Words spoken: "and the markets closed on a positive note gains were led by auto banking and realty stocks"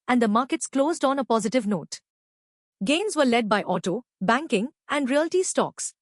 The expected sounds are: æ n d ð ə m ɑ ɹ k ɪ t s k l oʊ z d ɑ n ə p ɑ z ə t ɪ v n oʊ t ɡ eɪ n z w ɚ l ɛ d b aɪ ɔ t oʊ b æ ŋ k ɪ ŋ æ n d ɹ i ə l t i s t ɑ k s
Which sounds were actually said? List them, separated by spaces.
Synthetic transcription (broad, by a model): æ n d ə m ɑ ɹ k ɪ t s k l oʊ z d ɑ n ə p ɑ z ə t ɪ v n oʊ t ɡ eɪ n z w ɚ l ɛ d b aɪ ɔ t oʊ b æ ŋ k ɪ ŋ æ n d ɹ i ə l t i s t ɑ k s